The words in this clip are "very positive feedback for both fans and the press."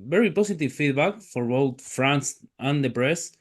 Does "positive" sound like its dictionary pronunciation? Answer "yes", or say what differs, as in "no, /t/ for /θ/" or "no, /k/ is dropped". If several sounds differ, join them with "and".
no, /s/ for /z/